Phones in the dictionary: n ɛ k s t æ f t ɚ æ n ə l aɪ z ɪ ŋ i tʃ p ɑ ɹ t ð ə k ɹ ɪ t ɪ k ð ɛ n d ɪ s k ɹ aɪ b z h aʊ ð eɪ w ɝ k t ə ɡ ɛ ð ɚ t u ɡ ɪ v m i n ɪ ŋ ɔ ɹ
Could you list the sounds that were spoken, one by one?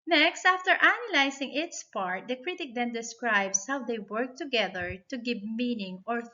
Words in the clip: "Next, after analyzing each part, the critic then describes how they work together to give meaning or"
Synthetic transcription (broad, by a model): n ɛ k s t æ f t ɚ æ n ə l aɪ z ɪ ŋ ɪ s p ɑ ɹ t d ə k ɹ ɪ t ɪ k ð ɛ n d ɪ s k ɹ aɪ b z h aʊ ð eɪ w ɝ k t ə ɡ ɛ ð ɚ t u ɡ ɪ v m i n ɪ ŋ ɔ ɹ